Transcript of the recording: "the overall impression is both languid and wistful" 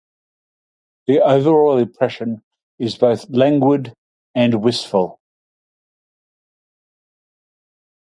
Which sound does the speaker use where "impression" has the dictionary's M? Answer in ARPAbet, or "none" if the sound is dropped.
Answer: none